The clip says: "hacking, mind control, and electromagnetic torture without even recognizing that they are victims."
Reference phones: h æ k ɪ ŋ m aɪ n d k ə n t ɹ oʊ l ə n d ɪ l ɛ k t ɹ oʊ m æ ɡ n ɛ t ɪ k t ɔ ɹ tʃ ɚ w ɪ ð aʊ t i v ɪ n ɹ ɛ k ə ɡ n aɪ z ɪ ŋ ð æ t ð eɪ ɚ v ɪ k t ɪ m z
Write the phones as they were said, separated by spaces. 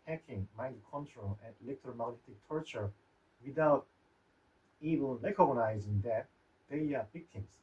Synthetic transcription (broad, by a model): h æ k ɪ ŋ m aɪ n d k ə n t ɹ oʊ l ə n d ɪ l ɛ k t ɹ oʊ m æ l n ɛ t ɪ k t ɔ ɹ tʃ ɚ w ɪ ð aʊ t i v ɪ l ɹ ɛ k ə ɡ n aɪ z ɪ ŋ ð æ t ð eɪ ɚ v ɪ k t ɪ m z